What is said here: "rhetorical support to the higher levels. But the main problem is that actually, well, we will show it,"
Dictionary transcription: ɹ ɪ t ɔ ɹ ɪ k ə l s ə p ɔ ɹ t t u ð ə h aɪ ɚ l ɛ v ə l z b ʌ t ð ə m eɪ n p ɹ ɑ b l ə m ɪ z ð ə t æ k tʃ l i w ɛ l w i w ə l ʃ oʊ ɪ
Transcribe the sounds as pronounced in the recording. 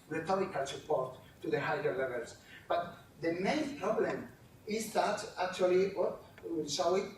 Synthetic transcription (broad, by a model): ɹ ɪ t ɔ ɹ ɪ k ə l s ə p ɔ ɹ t t u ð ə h aɪ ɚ l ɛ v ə l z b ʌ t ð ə m eɪ n p ɹ ɑ b l ə m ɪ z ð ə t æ k tʃ i l i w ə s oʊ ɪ